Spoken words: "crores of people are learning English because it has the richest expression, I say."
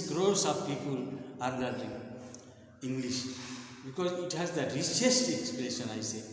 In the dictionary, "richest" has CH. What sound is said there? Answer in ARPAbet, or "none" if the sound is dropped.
S